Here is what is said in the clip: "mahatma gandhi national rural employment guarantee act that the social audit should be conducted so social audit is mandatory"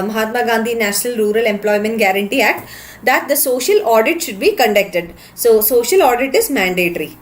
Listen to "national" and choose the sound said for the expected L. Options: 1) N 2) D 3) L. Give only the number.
3